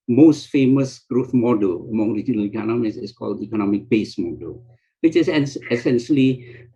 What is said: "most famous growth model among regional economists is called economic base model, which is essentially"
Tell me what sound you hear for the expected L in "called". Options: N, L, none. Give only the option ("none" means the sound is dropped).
L